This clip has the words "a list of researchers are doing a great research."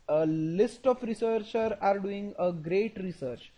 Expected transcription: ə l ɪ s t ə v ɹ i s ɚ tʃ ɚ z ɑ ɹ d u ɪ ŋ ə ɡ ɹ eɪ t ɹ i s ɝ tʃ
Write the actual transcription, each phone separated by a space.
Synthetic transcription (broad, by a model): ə l ɪ s t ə f ɹ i s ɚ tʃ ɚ ɑ ɹ d u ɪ ŋ ə ɡ ɹ eɪ t ɹ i s ɝ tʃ